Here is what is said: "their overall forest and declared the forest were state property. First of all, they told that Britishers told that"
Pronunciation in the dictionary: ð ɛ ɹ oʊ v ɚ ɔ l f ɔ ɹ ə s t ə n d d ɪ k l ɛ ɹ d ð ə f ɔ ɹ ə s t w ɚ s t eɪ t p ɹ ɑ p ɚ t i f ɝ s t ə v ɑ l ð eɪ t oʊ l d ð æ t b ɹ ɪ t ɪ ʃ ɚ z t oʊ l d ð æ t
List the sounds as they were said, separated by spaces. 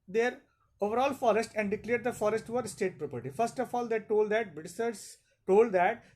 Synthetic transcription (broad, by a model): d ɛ ɹ oʊ v ɚ ɔ l f ɔ ɹ ə s t ə n d d ɪ k l ɛ ɹ d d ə f ɔ ɹ ə s t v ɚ s t eɪ t p ɹ ɑ p ɚ t i f ɝ s t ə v ɑ l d eɪ t oʊ l d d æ t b ɪ s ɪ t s t oʊ l d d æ t